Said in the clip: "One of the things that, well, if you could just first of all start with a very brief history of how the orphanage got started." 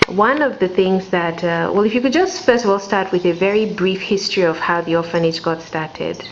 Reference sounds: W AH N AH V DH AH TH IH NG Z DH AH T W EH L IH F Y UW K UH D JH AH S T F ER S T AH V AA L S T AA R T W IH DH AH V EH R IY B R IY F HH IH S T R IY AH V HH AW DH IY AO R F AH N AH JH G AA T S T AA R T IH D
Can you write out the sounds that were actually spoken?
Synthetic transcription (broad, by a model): W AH N AH V DH AH TH IH NG Z DH AH T W EH L IH F Y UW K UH D JH AH S T F ER S T AH V AA L S T AA R T W IH DH AH V EH R IY B R IY F HH IH S T R IY AH V HH AW DH IY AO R F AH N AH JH G AA T S T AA R T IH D